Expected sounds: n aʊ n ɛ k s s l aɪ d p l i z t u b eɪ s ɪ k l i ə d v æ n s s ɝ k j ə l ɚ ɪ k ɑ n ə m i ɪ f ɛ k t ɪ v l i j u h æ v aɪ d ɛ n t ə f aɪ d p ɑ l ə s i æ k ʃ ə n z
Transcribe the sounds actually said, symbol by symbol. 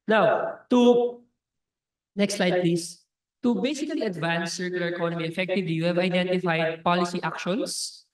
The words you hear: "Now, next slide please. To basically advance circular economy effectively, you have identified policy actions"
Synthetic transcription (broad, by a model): n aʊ n ɛ k s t l aɪ d p l i s t u b eɪ s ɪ k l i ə d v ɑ n s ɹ k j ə l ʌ ɪ k ɑ n ə m i ɪ f ɛ k t ɪ v l i j u h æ v aɪ d ɛ n t ə f aɪ d p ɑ l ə s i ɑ k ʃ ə n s